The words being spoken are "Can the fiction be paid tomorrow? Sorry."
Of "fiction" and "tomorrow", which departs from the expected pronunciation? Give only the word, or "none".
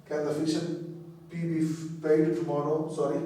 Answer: fiction